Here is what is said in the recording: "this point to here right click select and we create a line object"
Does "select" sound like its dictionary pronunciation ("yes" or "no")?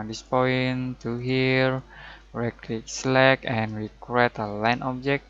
no